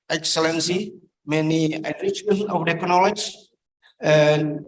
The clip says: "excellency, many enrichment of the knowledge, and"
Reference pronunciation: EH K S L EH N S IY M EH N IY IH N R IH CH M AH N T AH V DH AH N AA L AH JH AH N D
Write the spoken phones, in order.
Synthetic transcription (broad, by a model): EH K S L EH N S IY M EH N IY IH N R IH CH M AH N AH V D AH N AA L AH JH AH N